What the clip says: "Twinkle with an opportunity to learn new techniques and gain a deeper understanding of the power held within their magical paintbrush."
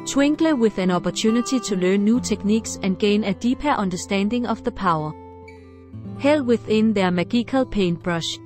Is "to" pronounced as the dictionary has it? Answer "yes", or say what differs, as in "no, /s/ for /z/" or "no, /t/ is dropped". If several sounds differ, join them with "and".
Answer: no, /s/ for /t/